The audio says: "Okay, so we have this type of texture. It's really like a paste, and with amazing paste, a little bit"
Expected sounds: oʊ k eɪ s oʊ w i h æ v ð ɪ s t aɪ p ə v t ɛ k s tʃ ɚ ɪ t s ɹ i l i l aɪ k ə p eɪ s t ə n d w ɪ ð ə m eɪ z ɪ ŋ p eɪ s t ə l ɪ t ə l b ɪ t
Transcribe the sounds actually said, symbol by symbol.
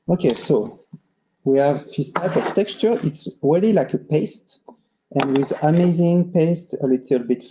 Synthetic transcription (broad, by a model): oʊ k eɪ s oʊ w i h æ v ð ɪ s t aɪ p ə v t ɛ k s tʃ ɚ ɪ t s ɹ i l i l aɪ k ə p eɪ s t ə n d w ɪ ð ə m eɪ z ɪ ŋ p eɪ s t ə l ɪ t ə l b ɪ t